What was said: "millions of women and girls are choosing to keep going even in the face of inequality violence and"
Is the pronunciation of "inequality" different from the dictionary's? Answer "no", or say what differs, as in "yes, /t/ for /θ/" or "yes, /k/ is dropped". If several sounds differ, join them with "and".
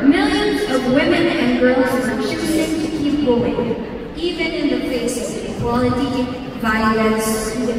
yes, /n/ is dropped